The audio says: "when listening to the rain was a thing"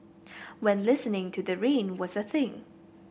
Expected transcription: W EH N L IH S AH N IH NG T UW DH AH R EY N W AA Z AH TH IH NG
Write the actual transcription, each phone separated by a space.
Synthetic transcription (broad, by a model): W EH N L IH S AH N IH NG T UW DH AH R EY N W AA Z AH TH IH NG